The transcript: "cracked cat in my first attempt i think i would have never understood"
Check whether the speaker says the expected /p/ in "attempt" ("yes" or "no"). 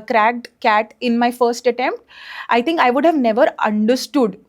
yes